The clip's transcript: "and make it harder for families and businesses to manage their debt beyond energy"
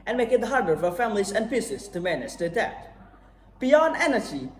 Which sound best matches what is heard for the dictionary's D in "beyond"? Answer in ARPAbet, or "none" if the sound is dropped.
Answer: D